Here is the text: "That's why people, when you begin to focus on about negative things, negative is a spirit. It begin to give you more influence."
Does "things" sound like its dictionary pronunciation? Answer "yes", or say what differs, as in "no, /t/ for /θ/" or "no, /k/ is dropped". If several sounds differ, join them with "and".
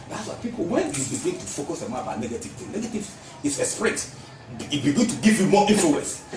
no, /t/ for /θ/ and /z/ is dropped